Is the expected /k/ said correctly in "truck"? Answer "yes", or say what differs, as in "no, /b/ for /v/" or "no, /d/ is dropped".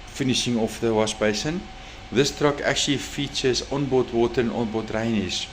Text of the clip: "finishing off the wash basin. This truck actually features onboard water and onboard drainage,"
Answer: yes